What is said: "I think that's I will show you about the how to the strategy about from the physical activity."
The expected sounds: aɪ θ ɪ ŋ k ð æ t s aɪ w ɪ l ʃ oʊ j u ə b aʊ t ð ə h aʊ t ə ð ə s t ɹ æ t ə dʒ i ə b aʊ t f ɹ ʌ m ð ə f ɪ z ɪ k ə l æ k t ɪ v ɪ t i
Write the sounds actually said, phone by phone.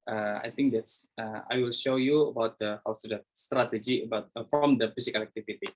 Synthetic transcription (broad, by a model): aɪ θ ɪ ŋ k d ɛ t s aɪ w ɪ l ʃ oʊ j u ə b aʊ t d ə h aʊ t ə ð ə s t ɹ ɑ t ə dʒ i ə b aʊ t f ɹ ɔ m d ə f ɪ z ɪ k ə l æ k t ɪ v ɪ t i